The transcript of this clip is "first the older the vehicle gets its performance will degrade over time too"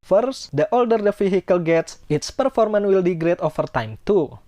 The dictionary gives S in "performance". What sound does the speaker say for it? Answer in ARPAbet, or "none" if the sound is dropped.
none